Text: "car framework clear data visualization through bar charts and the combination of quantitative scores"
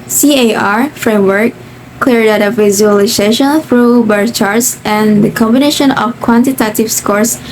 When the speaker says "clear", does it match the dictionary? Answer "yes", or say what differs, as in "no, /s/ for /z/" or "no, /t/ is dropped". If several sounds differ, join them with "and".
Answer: yes